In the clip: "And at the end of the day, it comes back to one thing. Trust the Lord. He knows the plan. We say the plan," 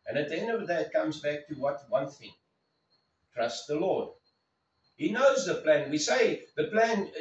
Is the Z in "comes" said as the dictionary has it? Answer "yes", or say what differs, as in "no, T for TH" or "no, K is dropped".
yes